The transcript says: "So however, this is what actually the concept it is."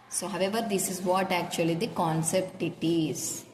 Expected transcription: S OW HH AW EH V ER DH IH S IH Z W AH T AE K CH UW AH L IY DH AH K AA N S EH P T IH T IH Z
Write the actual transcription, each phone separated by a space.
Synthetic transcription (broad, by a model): S OW HH AW EH V ER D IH S IH Z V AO T AE K CH UW AH L IY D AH K AA N S EH P T IH T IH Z